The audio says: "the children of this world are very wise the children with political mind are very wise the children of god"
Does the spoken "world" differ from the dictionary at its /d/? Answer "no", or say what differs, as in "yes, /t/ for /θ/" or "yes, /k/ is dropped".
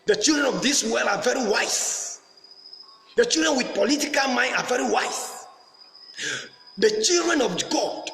yes, /d/ is dropped